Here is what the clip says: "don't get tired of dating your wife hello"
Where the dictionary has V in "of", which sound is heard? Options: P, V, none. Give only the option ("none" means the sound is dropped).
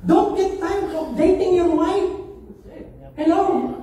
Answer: P